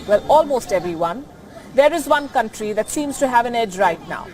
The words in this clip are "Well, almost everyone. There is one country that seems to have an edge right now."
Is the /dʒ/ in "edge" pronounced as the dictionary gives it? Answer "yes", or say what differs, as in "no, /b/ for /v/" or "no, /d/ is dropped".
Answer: yes